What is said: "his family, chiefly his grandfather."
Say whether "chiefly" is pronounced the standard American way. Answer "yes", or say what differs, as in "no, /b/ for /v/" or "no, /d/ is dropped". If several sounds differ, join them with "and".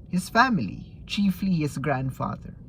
yes